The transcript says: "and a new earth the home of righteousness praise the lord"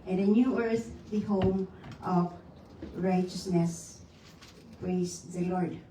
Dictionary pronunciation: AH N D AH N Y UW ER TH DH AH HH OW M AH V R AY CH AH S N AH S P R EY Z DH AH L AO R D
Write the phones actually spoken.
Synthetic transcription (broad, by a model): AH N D AH N Y UW ER TH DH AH HH OW M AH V R AY CH AH S N AH S P R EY S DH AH L AO R D